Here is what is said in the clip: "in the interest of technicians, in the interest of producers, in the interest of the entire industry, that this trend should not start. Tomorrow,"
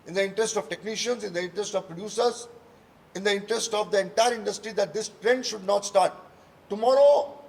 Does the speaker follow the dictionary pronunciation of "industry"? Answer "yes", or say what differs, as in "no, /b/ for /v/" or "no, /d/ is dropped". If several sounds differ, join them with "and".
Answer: yes